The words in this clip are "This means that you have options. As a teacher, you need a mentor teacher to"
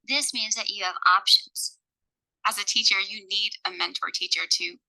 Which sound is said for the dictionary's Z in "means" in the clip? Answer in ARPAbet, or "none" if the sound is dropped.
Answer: Z